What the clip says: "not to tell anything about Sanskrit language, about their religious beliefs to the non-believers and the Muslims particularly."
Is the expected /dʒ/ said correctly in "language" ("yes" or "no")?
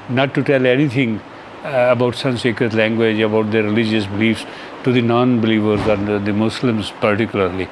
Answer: yes